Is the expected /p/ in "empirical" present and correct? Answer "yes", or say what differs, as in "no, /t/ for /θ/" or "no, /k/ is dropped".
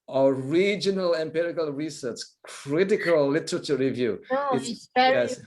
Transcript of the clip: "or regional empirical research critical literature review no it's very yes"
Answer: yes